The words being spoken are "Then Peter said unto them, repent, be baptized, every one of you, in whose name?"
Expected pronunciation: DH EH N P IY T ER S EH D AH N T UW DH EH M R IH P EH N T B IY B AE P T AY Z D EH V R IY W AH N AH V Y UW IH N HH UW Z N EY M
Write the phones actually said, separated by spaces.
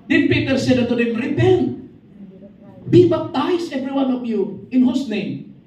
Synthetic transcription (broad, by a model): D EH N P IY T ER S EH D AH T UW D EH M R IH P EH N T B IY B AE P T AY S EH V R IY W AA N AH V Y UW IH N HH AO S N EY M